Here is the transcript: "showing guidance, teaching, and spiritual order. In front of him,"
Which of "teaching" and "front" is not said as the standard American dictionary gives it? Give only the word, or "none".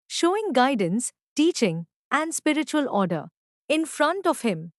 none